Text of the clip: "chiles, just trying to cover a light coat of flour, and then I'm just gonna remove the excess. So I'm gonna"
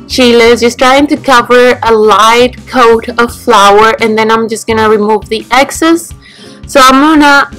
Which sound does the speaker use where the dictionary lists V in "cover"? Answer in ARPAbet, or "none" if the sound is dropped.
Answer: V